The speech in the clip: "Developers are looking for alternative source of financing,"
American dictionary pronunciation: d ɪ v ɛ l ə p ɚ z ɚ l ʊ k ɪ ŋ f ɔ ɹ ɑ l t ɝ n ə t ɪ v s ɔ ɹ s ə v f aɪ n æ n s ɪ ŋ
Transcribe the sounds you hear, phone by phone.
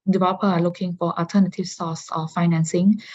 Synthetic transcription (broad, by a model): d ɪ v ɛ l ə p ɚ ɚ l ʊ k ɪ ŋ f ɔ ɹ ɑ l t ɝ n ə t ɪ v s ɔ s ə f f aɪ n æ n s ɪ ŋ